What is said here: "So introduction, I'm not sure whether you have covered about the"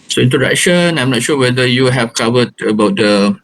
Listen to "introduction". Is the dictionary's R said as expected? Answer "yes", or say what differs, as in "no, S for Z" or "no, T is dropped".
no, R is dropped